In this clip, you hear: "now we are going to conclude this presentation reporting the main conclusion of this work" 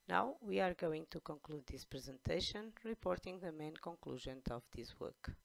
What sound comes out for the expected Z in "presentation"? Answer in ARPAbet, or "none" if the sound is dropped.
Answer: Z